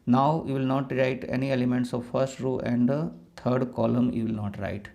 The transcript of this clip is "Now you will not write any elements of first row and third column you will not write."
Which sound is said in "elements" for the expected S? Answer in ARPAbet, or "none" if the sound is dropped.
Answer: S